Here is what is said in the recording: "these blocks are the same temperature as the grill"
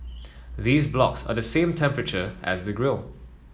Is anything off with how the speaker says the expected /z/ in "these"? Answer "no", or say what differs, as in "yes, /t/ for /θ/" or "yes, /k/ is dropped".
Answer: no